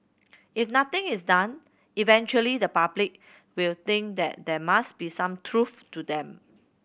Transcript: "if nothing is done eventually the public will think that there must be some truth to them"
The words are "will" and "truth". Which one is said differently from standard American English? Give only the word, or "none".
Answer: truth